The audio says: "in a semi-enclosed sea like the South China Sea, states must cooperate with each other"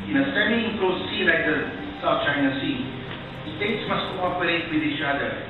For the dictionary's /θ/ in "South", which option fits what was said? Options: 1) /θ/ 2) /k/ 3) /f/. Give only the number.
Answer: 3